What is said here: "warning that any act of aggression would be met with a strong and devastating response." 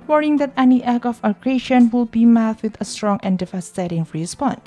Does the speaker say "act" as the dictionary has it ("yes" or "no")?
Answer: no